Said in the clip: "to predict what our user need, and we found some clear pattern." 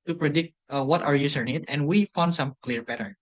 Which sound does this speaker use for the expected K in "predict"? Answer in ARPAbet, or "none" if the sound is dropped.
K